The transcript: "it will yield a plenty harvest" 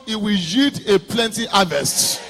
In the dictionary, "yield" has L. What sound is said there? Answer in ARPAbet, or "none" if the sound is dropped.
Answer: none